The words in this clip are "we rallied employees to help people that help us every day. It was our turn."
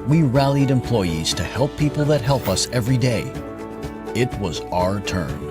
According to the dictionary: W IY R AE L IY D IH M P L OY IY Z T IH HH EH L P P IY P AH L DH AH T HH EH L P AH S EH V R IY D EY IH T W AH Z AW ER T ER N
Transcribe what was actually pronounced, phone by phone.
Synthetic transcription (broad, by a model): W IY R AE L IY D IH M P L OY IY Z T IH HH EH L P P IY P L DH AH T HH EH L P AH S EH V R IY D EY IH T W AH Z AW ER T ER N